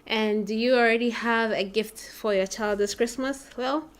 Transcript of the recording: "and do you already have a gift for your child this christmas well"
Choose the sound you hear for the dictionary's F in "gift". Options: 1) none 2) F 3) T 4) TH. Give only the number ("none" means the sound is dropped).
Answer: 2